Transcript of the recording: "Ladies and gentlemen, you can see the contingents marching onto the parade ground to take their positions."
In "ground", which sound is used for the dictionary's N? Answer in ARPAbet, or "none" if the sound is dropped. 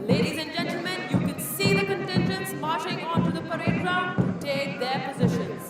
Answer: none